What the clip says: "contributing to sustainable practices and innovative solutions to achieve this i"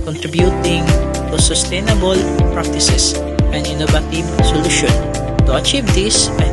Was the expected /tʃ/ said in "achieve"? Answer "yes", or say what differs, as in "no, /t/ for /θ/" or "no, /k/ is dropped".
yes